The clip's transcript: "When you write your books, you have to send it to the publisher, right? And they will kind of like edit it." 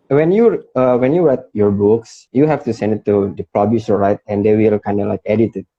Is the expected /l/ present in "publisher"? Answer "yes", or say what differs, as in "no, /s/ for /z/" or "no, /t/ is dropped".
no, /l/ is dropped